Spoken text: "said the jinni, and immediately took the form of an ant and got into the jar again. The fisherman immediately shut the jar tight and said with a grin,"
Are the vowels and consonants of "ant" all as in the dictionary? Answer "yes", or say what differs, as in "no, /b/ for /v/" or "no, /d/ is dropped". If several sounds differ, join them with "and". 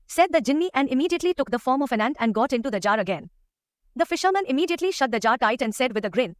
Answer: yes